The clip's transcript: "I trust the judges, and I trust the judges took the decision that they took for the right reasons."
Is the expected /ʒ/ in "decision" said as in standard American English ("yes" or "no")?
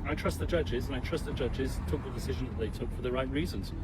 yes